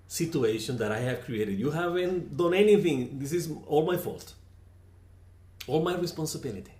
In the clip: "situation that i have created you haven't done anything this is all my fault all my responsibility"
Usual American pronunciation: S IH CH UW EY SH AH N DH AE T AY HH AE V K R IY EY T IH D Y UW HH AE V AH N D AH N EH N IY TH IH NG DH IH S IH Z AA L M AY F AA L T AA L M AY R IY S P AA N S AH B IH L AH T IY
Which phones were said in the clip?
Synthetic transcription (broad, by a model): S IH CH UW EY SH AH N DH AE T AY HH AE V K R IY EY T IH D Y UW HH AE V AH N D AH N EH N IY TH IH NG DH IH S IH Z AA L M AY F AA L T AA L M AY R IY S P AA N S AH B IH L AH T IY